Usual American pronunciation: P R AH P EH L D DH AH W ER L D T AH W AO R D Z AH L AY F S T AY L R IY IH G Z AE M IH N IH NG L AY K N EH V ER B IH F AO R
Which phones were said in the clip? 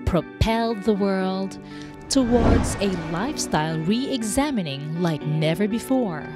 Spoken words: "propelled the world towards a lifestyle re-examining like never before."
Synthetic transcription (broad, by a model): P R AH P EH L D DH AH W ER L D T AH W AO R D Z AH L AY F S T AY L R IY IH G Z AE M IH N IH NG L AY K N EH V ER B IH F AO R